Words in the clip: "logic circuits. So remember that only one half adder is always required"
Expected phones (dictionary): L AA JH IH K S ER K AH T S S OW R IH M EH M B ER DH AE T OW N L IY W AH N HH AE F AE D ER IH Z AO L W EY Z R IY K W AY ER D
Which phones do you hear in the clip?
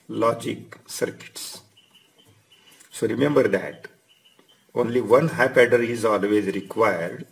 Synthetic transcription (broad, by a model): L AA JH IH K S ER K AH T S S OW R IH M EH M B ER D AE T OW N L IY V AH N HH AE P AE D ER IH Z AO L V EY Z R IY K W AY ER D